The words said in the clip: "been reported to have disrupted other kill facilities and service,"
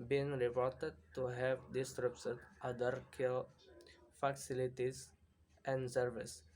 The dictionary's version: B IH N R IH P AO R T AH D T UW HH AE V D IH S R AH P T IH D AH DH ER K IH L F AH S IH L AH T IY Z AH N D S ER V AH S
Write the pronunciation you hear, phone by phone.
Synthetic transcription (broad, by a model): B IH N R IH P AO R T AH D T UW HH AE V D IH S R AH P S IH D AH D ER K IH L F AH S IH L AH T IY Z AH N D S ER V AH S